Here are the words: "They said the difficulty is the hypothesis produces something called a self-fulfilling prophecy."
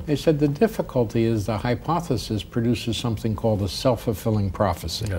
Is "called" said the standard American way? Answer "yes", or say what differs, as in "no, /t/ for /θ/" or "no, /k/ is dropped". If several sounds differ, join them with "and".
yes